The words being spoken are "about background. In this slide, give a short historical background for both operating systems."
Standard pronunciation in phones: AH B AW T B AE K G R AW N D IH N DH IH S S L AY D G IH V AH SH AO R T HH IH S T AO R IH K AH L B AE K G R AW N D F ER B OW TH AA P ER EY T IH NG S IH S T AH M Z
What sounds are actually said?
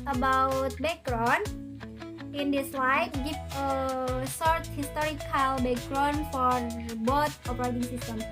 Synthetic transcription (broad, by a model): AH B AW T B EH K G R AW N IH N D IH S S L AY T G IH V AH S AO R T HH IH S T AO R IH K AH L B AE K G R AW N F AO B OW T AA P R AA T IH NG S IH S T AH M